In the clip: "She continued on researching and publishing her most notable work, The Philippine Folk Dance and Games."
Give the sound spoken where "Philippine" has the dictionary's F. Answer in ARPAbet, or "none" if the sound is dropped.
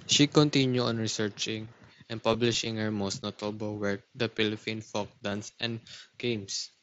P